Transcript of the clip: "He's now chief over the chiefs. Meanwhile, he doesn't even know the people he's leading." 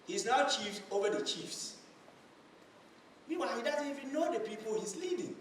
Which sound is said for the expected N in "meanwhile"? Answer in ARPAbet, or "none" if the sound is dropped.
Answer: none